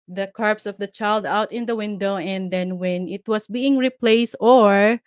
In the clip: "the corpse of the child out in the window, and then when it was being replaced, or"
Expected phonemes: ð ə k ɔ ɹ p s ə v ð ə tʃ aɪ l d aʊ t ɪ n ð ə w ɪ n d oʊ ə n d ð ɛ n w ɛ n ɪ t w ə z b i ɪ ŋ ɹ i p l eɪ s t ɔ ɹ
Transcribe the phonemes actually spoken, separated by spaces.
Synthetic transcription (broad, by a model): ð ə k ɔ ɹ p s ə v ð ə tʃ aɪ l d aʊ t ɪ n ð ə w ɪ n d oʊ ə n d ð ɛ n w ɛ n ɪ t w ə s b i ɪ ŋ ɹ i p l eɪ s t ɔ ɹ